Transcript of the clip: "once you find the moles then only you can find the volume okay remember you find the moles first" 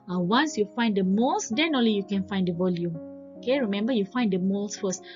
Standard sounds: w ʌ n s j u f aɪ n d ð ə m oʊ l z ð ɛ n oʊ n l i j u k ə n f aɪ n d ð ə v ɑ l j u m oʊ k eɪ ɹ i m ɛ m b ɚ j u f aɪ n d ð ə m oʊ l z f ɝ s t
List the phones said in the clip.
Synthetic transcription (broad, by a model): w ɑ n s j u f aɪ n d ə m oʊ l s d ɛ n oʊ n l i j u k ə n f aɪ n d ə v ɑ l j u m oʊ k eɪ ɹ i m ɛ m b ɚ j u f aɪ n d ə m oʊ l s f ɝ s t